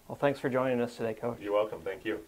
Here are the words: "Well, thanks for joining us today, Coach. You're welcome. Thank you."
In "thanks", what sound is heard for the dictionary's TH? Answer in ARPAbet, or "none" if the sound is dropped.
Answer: TH